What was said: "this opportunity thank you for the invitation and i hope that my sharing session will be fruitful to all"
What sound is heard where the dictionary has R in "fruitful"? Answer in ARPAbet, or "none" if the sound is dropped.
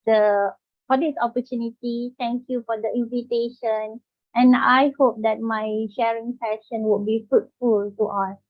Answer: none